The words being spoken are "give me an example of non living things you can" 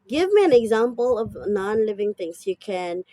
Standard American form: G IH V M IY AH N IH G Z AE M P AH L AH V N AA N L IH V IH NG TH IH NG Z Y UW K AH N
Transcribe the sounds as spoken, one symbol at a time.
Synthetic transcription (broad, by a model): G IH V M IY AH N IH G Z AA M P AH L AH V N AA N L IH V IH NG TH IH NG S Y UW K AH N